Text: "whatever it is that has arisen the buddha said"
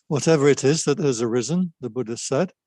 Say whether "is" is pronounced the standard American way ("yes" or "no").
yes